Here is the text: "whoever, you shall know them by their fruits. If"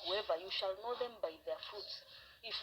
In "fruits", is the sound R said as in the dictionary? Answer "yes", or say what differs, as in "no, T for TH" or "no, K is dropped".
no, R is dropped